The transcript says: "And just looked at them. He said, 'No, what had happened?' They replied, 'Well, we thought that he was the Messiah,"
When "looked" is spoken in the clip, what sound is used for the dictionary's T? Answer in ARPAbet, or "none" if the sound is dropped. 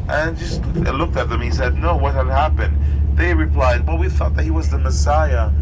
T